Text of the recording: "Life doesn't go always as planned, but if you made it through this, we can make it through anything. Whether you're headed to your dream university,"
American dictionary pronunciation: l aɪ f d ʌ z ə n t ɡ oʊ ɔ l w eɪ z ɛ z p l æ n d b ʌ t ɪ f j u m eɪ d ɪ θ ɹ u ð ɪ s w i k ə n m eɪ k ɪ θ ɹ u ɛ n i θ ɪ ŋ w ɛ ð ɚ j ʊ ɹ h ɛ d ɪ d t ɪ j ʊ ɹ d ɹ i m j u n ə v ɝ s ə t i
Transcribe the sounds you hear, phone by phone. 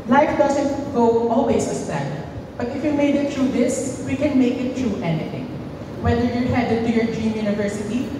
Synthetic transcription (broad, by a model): l aɪ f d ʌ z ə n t ɡ oʊ ɔ l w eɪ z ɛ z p æ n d b ʌ t ɪ f j u m eɪ d ɪ t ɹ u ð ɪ s w i k ə n m eɪ k ɪ t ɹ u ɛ n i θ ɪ ŋ w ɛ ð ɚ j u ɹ h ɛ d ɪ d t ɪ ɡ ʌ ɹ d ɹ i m j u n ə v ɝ s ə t i